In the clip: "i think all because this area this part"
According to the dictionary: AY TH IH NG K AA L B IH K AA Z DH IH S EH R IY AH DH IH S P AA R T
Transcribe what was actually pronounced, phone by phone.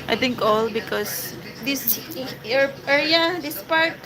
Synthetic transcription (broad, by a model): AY T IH NG K AA L B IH K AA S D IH S EH R IY AH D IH S P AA R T